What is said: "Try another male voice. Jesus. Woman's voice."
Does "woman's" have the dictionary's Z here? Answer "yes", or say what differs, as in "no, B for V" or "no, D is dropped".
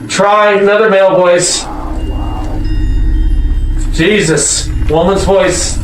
yes